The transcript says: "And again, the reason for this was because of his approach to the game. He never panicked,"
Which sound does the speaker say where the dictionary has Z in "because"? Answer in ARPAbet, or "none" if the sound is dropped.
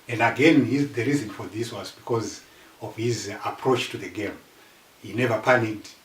Z